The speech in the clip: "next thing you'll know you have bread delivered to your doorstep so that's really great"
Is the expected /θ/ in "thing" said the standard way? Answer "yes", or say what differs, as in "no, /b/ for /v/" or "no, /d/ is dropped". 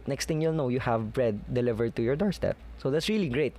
no, /t/ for /θ/